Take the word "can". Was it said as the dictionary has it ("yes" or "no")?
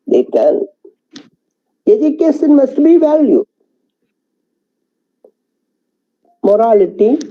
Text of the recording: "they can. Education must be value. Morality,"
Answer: no